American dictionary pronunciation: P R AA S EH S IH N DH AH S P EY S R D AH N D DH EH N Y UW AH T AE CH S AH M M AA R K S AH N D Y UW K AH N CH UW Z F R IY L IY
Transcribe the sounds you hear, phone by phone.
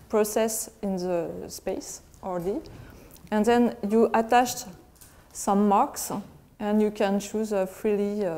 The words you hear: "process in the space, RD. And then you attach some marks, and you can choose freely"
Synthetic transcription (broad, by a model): P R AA S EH S IH N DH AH S P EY S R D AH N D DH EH N Y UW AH T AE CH S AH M M AA R K S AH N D Y UW K AH N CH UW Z F R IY L IY